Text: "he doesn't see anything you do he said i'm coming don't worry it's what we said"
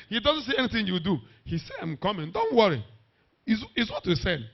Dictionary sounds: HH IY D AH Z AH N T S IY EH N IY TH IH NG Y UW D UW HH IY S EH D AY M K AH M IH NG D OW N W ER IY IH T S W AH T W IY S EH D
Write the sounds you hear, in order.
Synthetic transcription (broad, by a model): HH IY D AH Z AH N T S IY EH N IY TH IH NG Y UW D UW HH IY S EH D AY M K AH M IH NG D OW N W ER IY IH S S W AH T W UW S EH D